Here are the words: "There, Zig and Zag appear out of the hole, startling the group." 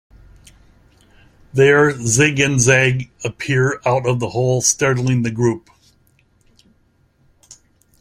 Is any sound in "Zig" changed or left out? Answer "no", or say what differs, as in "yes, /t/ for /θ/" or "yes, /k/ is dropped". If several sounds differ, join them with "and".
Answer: no